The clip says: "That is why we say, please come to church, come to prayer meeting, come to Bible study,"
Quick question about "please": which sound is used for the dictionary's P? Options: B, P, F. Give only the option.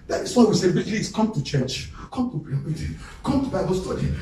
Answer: B